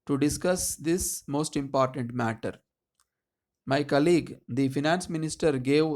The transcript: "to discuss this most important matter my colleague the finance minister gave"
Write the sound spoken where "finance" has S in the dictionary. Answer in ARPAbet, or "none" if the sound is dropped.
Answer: S